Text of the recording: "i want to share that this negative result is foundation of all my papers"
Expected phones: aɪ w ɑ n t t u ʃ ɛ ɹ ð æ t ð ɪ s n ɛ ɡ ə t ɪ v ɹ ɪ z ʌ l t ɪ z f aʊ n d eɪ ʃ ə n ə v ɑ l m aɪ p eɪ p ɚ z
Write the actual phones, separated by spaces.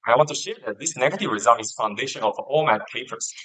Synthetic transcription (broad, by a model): aɪ w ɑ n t t u ʃ ɛ ɹ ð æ t ð ɪ s n ɛ ɡ ə t ɪ v ɹ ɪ z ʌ l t ɪ z f aʊ n d eɪ ʃ ə n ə f ɑ l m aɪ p eɪ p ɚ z